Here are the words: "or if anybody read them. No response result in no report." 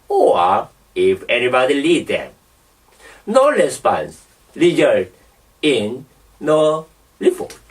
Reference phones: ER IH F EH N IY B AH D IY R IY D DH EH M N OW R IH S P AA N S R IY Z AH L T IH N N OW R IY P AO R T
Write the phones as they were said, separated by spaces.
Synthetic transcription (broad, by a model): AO IH F EH N IY B AH D IY L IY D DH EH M N OW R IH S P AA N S L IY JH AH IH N N OW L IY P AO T